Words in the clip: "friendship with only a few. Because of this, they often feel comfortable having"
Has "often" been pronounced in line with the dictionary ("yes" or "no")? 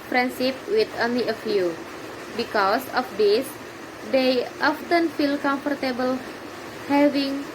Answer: yes